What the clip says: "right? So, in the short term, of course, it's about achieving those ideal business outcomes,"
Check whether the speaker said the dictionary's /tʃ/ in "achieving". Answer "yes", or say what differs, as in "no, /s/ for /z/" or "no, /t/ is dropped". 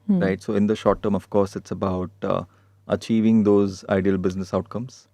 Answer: yes